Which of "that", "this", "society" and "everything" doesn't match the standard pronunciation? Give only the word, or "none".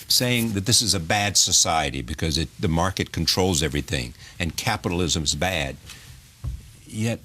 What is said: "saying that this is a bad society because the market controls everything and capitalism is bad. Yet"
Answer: none